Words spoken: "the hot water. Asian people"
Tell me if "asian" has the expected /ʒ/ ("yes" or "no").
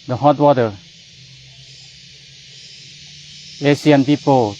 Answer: no